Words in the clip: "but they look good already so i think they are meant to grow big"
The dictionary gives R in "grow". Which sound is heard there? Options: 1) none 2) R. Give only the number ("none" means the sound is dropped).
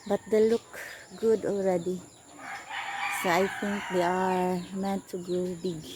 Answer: 1